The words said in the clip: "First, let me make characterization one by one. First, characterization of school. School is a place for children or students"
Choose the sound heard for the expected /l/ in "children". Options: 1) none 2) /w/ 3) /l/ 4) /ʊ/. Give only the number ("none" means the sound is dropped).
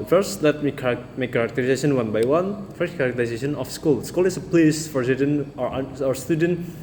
1